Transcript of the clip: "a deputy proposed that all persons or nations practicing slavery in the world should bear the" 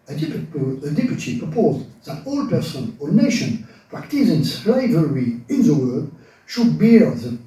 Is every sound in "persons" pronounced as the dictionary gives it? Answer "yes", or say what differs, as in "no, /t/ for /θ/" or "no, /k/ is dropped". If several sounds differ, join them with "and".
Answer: no, /z/ is dropped